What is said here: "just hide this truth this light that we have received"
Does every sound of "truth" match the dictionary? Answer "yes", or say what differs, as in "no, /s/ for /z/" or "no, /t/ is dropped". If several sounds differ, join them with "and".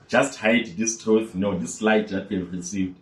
no, /ɹ/ is dropped